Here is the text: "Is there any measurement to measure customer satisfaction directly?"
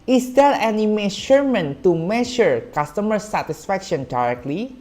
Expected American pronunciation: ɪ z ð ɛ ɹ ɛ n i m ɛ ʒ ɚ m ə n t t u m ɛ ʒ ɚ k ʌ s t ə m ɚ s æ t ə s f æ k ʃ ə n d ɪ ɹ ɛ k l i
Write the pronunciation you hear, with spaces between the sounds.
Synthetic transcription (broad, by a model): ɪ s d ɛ l ɛ n i m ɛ ʃ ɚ m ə n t t u m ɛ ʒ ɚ k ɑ s t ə m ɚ s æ t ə s f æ k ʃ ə n d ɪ ɹ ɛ k l i